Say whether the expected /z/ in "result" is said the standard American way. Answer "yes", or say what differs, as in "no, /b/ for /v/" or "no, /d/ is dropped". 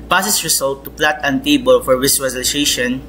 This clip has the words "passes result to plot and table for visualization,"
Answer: no, /s/ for /z/